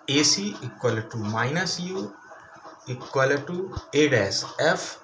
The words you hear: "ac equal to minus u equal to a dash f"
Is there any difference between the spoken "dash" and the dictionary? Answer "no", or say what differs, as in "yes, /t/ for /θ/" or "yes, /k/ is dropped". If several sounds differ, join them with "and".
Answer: yes, /s/ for /ʃ/